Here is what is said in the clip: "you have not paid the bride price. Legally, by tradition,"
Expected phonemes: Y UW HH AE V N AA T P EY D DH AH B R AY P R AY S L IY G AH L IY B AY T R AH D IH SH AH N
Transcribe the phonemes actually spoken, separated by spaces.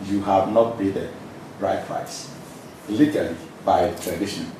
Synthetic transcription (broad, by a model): Y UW HH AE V N AA T B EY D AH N R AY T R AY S L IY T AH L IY B AY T R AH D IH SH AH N